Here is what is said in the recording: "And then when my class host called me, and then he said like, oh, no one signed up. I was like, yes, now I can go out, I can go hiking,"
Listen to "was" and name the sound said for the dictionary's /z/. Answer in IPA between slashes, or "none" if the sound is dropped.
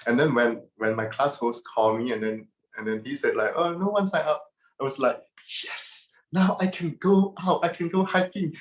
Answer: /s/